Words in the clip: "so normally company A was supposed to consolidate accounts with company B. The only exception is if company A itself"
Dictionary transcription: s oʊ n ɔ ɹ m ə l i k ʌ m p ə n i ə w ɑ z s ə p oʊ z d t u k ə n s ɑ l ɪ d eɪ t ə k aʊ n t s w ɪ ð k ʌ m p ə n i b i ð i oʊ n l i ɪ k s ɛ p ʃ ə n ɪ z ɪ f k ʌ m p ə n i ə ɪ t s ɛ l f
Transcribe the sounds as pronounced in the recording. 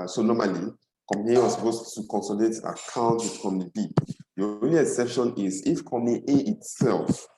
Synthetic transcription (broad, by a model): s oʊ n ɔ m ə l i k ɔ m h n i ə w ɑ s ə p oʊ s t u k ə n s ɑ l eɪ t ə k aʊ n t w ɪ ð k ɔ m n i b i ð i oʊ n l i ɪ k s ɛ p ʃ ə n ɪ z ɪ f k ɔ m ə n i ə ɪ t s ɛ l f